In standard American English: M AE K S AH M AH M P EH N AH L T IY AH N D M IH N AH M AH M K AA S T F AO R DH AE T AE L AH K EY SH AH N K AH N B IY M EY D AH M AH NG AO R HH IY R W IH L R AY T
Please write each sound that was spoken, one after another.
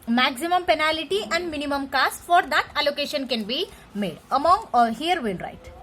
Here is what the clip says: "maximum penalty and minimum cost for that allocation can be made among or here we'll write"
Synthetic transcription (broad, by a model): M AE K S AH M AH M P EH N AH L T IY AH N D M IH N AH M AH M K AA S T F AO R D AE T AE L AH K EY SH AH N K AH N B IY M EY D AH M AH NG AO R HH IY R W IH N R AY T